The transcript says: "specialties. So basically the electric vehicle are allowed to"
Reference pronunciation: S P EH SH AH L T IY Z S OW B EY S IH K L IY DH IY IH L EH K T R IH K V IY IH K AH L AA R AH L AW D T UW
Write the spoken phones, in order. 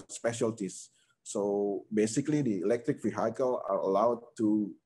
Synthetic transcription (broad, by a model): S P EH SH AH L T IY S OW B EY S IH K L IY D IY IH L EH K T R IH K F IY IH K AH L AA R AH L AW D T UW